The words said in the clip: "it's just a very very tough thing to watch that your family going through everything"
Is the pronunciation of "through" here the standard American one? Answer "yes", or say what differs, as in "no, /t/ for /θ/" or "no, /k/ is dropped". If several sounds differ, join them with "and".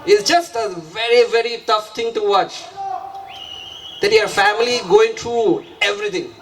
no, /t/ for /θ/